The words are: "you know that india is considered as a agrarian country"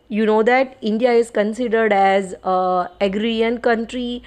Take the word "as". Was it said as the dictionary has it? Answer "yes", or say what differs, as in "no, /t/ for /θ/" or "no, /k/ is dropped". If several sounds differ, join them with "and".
yes